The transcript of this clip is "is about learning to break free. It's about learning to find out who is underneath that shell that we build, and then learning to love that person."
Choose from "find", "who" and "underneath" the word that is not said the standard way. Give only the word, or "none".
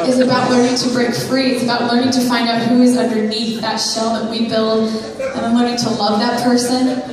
none